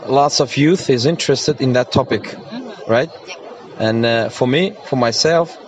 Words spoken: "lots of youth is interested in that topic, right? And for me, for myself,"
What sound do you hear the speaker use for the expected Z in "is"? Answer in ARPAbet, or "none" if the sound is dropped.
Z